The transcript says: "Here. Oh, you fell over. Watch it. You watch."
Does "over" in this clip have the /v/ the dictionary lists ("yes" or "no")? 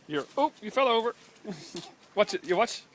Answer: yes